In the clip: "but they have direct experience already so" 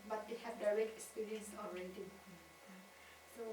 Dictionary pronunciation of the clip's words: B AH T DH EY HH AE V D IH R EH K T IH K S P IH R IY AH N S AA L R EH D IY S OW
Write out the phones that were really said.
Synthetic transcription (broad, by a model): B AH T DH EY HH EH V D IH R EH K T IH K S P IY R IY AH N S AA N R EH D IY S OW